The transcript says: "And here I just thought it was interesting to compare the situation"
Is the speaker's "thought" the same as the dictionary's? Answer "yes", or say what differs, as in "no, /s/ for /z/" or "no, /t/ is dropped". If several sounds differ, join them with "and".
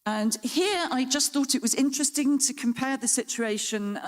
yes